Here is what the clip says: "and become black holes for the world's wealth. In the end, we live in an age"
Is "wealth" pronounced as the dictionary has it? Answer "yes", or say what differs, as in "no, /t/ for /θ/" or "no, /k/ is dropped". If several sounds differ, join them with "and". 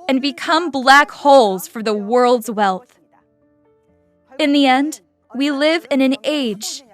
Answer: yes